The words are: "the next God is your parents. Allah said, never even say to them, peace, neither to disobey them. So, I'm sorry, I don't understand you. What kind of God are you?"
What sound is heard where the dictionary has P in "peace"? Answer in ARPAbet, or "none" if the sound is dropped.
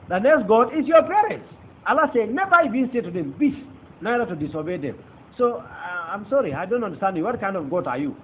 B